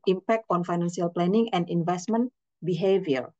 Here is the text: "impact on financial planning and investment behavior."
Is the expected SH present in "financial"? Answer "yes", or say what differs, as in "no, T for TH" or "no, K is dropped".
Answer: no, S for SH